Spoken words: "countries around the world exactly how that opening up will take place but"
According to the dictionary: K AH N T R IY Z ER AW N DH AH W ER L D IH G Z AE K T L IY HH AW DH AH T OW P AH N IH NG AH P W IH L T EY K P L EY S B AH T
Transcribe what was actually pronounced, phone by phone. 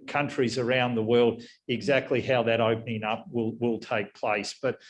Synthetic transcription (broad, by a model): K AH N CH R IY Z ER AW N DH AH W ER L D IH G Z AE K T L IY HH AW DH AH T OW P AH N IH NG AH P W IH L T EY K P L EY S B AH T